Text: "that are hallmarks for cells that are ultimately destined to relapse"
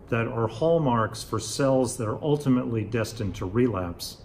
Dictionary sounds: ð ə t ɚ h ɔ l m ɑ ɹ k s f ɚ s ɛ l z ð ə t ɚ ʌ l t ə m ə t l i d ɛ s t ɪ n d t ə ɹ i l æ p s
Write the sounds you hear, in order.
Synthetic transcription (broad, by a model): ð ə t ɚ h ɔ l m ɑ ɹ k s f ɚ s ɛ l z ð ə t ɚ ʌ l t ə m ə t l i d ɛ s t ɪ n t ə ɹ i l æ p s